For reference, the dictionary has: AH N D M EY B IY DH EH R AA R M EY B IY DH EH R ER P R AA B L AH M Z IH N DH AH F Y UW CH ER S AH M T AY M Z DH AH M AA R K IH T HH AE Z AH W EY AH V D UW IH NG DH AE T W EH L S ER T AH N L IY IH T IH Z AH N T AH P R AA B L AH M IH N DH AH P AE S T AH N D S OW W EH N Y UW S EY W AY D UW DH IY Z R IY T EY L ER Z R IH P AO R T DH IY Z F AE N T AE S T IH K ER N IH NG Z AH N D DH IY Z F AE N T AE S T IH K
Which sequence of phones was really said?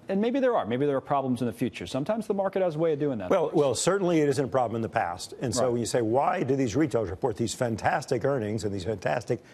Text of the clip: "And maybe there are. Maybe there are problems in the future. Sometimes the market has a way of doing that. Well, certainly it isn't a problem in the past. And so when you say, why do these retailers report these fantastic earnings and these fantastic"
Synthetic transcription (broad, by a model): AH N M EY B IY DH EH R AA R M EY B IY DH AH R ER P R AA B L AH M Z IH N DH AH F Y UW CH ER S AH M T AY M Z DH AH M AA R K IH T HH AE Z AH W EY AH V D UW IH NG DH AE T W EH L S ER T N L IY IH T IH Z AH N T AH P R AA B L AH M IH N DH AH P AE S T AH N S OW W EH N Y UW S EY W AY D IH DH IY Z R IY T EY L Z R IH P AO R T DH IY Z F AE N T AE S T IH K ER N IH NG Z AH N DH IY Z F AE N T AE S T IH K